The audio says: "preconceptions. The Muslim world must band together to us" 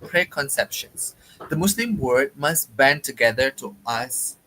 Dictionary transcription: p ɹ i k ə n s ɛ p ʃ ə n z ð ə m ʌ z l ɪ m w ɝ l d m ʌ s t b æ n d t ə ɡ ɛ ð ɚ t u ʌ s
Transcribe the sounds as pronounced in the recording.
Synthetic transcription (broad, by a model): p ɹ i k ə n s ɛ p ʃ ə n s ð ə m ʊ s l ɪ m w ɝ d m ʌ s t b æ n t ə ɡ ɛ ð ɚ t u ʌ s